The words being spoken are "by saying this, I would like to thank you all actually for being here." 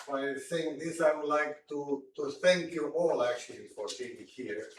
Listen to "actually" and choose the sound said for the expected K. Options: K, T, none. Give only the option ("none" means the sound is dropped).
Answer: K